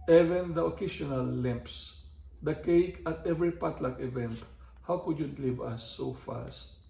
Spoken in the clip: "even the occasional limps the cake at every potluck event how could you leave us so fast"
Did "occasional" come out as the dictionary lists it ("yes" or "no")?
no